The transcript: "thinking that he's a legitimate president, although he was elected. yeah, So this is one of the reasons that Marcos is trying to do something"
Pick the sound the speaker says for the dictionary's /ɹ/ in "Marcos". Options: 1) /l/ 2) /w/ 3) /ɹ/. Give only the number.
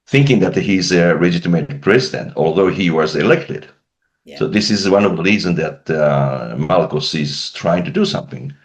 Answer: 1